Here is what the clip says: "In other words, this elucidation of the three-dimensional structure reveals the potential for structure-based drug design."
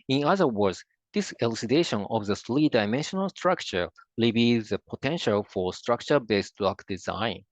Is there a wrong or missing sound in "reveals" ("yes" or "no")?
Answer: yes